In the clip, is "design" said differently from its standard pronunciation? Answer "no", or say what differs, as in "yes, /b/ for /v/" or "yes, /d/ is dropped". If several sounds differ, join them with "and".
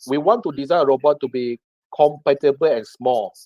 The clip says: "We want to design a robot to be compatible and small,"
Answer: yes, /n/ is dropped